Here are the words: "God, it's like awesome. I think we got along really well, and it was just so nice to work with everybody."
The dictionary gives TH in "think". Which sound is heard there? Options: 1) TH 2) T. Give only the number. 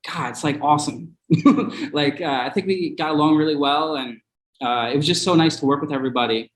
1